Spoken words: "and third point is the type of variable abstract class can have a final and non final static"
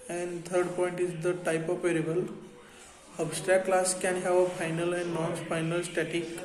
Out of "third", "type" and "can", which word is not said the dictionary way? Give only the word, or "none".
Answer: third